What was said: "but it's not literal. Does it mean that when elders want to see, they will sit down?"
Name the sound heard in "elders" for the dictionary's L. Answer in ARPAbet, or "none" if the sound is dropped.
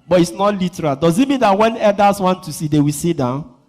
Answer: none